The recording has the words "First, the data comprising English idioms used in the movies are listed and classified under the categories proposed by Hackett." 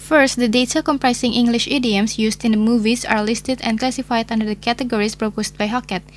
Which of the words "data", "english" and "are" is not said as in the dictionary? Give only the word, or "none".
none